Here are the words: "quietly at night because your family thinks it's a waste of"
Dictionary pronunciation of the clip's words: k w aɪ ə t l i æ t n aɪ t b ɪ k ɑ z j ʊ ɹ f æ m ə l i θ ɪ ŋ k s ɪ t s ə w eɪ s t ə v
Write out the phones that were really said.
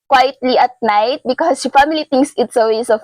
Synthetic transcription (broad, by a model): k w aɪ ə t l i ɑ t n aɪ t b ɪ k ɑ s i f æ m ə l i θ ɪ ŋ k s ɪ t s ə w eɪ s ə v